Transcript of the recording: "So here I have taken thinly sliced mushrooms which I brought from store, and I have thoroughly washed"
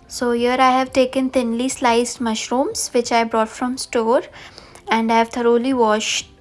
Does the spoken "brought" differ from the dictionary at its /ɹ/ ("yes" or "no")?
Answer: no